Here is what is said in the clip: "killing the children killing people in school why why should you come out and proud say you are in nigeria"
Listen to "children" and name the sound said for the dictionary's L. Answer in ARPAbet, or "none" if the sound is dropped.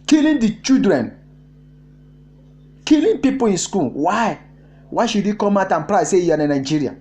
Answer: none